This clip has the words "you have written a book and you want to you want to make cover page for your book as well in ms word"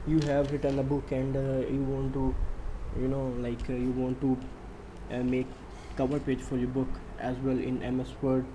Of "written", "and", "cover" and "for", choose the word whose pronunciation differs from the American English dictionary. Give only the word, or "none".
written